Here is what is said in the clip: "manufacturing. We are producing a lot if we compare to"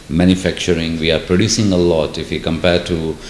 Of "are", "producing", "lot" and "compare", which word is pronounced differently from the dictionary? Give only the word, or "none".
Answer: none